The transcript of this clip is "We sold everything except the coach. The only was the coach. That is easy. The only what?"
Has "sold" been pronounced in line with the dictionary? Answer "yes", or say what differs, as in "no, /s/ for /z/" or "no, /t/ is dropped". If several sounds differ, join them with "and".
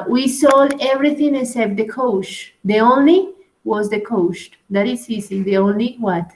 no, /d/ is dropped